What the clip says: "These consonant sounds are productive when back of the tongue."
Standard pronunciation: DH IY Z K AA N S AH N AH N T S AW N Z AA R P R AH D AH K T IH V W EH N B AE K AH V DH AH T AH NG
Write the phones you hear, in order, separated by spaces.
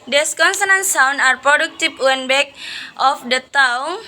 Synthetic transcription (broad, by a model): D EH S K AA N S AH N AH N S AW N AA R P R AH D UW K T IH P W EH N B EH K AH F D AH T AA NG